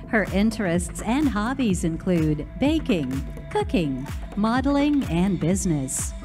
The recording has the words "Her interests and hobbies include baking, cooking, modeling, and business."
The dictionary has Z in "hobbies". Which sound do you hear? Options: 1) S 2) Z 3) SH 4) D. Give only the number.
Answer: 2